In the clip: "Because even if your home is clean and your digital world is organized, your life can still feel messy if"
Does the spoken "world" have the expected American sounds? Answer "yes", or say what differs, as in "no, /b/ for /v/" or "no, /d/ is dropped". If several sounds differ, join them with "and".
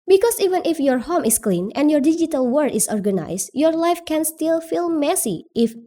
no, /l/ is dropped